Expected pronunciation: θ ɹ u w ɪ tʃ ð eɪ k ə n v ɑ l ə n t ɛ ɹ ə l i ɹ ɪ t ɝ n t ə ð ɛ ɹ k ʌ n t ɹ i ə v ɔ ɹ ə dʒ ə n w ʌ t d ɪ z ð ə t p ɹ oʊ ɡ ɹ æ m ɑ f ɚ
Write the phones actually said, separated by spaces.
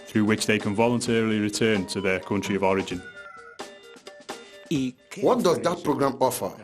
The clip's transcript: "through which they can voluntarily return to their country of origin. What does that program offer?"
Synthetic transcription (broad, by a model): θ ɹ u w ɪ tʃ ð eɪ k ə n v ɑ l ə n t ɛ ɹ ə l i ɹ ɪ t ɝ n t ə ð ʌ k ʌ n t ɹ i ə v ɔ ɹ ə dʒ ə n w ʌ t d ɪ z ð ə t p ɹ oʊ ɡ ɹ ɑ m ɑ f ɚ